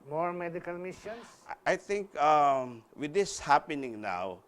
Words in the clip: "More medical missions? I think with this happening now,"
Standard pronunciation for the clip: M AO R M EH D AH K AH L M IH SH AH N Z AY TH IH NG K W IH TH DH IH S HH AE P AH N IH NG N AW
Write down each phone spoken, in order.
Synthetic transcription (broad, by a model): M AO R M EH D AH K AH L M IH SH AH N S AY T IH NG K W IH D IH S HH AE P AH N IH NG N AW